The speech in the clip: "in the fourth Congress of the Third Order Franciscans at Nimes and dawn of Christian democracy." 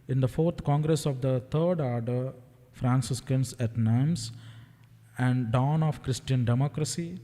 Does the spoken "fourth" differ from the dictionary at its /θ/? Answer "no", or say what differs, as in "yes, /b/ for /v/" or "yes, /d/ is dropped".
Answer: yes, /t/ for /θ/